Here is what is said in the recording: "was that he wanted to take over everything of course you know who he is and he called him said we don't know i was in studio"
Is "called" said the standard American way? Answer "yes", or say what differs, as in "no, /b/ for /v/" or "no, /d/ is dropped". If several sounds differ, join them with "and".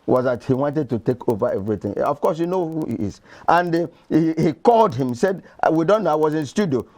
yes